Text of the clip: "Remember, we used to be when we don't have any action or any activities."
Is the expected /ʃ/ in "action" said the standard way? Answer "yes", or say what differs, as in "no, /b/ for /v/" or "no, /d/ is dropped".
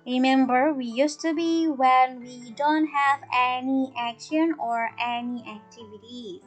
yes